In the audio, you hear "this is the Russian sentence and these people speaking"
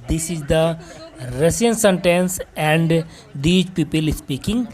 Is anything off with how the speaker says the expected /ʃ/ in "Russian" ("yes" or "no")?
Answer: yes